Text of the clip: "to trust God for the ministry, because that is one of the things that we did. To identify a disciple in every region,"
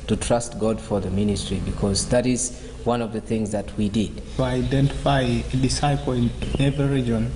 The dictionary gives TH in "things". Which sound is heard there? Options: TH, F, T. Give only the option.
TH